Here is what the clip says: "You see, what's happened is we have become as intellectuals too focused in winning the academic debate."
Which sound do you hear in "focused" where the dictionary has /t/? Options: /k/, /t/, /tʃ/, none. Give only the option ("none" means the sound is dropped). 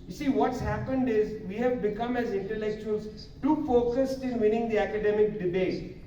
/t/